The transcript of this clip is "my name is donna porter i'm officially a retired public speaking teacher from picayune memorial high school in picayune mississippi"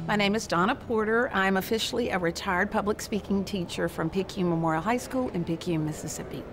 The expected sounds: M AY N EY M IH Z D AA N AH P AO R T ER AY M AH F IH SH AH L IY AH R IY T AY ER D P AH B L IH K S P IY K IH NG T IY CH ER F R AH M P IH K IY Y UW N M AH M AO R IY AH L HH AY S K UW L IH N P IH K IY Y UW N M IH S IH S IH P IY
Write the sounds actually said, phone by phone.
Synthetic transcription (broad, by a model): M AY N EY M IH Z D AA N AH P AO R T ER AY M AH F IH SH L IY AH R IY T AY ER D P AH B L IH K S P IY K IH NG T IY CH ER F R AH M P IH K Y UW M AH M AO R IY L HH AY S K UW L IH N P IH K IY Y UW M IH S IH S IH P IY